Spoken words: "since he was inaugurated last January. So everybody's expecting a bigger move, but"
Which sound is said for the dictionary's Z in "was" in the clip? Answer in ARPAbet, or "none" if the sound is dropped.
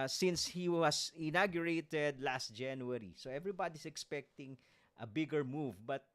S